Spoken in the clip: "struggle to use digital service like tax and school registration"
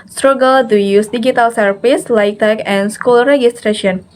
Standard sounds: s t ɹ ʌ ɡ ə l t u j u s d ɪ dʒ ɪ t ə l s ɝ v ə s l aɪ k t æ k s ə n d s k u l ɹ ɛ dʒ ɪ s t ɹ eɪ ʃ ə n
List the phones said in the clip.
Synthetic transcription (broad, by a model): s t ɹ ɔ ɡ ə l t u j u s d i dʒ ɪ t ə l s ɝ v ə s l aɪ k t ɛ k ə n s k u l ɹ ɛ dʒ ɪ s t ɹ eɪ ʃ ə n